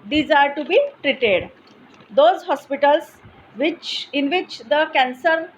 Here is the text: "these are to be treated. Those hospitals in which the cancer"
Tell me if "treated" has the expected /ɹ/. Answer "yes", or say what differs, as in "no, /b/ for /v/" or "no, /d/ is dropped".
yes